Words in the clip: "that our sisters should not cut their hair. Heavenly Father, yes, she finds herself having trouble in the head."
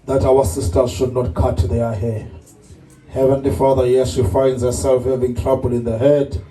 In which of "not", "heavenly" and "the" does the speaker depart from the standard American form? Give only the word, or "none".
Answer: none